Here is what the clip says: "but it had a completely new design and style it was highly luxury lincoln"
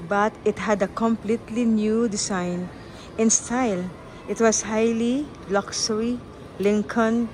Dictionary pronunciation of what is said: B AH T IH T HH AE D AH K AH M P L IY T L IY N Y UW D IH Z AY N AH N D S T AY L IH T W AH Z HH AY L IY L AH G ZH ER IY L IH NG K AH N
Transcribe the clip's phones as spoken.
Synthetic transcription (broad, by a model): B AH T IH T HH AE D AH K AH M P L IY T L IY N Y UW D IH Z AY N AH N S T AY L IH T W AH S HH AY L IY L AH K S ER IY L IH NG K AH N